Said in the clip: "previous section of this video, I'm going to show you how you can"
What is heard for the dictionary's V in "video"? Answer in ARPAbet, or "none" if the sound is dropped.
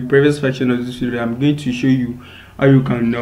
F